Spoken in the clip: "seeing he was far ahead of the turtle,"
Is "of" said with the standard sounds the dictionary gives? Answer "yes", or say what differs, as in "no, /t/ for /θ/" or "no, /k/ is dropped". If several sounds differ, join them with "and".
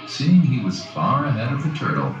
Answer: yes